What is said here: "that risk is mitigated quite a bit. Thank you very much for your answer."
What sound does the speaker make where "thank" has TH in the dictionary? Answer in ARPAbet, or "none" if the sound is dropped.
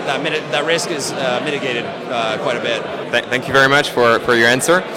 TH